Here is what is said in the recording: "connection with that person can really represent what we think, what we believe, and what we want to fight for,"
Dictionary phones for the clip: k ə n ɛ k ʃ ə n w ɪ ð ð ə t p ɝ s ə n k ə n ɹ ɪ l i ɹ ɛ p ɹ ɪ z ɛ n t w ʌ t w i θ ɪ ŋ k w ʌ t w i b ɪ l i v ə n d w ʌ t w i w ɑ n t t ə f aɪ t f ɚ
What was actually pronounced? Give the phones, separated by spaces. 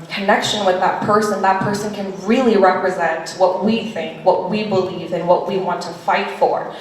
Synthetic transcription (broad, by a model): k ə n ɛ k ʃ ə n w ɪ ð ð ə t p ɝ s ə n k ə n ɹ ɪ l i ɹ ɛ p ɹ ɪ z ɛ n t w ʌ t w i θ ɪ ŋ k w ʌ t w i b ɪ l i v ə n w ʌ t w i w ɑ n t t ə f aɪ t f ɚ